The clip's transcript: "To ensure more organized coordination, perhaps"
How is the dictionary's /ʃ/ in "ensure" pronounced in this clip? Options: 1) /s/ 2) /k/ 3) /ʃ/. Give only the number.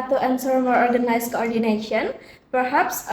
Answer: 1